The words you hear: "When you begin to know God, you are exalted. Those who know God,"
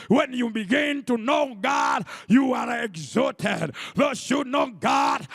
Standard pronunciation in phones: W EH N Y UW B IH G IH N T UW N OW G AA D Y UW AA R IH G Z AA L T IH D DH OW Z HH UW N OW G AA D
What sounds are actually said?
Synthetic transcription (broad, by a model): W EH N Y UW B IH G IH N T UW N OW G AA D Y UW AA R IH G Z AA T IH D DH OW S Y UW N OW G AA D